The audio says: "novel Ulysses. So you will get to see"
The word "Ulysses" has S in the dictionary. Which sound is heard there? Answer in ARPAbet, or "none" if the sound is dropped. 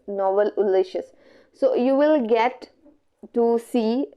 SH